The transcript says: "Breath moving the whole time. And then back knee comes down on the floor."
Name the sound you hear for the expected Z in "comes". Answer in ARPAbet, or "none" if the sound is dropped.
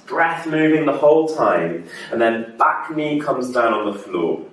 Z